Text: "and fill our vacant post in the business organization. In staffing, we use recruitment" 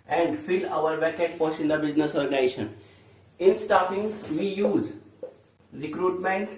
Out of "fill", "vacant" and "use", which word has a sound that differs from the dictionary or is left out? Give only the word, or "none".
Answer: vacant